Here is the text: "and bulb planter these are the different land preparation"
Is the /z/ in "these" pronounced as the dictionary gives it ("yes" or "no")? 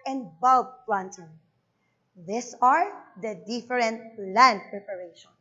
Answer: no